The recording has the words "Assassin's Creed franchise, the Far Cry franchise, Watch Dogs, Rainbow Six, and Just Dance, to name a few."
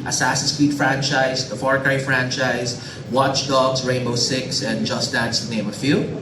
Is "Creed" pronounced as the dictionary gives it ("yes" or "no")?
no